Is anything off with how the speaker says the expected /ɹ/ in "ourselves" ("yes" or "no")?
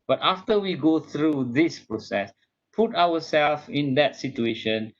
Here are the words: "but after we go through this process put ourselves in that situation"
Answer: yes